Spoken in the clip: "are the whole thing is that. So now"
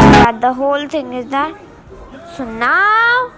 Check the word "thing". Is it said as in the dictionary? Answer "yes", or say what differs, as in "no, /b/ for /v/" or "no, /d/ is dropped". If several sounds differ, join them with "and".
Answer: no, /t/ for /θ/